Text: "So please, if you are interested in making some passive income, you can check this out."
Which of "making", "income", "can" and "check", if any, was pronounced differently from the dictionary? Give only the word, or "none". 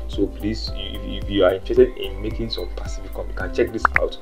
income